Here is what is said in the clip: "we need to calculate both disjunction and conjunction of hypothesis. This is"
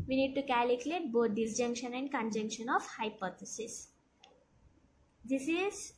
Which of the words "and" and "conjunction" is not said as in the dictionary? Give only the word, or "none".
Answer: none